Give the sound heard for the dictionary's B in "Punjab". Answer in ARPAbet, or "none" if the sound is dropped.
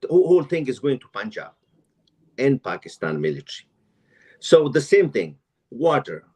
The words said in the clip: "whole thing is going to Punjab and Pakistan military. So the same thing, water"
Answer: none